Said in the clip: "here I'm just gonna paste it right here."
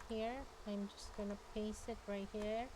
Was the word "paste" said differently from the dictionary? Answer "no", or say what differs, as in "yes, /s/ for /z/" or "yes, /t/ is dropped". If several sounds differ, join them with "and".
yes, /t/ is dropped